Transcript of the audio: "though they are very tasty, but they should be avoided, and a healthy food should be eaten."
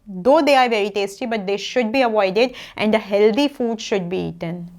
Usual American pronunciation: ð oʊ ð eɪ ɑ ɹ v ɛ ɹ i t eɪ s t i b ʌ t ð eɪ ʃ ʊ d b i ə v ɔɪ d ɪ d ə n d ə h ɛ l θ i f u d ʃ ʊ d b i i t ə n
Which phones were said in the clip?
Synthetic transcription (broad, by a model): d oʊ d eɪ ɑ ɹ v ɛ ɹ i t eɪ s t i b ʌ t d eɪ ʃ ʊ d b i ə v ɔɪ d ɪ d ə n d ə h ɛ l t i f u d ʃ ʊ d b i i t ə n